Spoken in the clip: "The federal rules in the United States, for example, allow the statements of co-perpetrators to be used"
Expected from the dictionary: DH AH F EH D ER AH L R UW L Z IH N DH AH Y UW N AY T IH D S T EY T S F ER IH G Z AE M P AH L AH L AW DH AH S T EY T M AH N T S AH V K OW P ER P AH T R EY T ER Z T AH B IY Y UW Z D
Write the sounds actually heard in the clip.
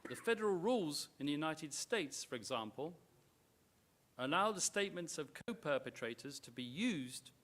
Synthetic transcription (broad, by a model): DH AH F EH D ER AH L R UW L Z IH N DH AH Y UW N AY T IH D S T EY T S F ER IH G Z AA M P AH L AH L AW DH AH S T EY T M AH N T S AH V K OW P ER P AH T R EY T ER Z T AH B IY Y UW Z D